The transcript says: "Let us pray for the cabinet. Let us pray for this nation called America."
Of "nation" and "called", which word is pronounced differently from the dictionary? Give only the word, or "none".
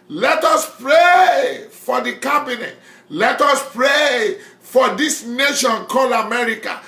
called